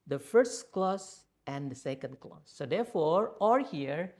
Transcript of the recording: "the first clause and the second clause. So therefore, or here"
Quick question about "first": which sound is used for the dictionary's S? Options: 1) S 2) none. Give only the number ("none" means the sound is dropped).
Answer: 1